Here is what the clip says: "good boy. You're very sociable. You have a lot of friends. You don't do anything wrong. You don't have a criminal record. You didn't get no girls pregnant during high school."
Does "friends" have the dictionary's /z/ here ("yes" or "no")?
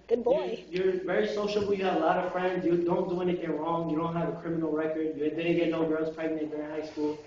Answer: yes